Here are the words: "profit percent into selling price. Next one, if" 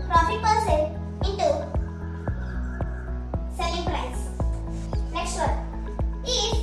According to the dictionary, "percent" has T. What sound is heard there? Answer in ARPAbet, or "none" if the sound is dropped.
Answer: none